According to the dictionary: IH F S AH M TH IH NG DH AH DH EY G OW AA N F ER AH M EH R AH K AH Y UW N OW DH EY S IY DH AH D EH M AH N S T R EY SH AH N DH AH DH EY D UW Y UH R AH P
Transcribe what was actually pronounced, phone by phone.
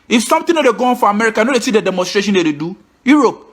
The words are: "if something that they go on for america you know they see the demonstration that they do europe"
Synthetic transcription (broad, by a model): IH F S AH M T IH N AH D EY G OW AA N F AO AH M EH R AH K AH N OW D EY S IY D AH D EH M AH N S T R EY SH AH N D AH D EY D UW Y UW R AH P